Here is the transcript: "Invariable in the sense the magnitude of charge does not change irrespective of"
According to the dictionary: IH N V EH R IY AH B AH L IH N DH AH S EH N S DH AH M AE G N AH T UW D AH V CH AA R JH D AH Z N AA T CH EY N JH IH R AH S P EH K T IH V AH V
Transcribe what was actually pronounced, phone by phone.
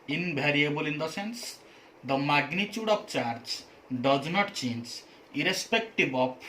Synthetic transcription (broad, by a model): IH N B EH R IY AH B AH L IH N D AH S EH N S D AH M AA G N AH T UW D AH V CH AA R JH D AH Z N AA T CH EY N JH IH R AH S P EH K T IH B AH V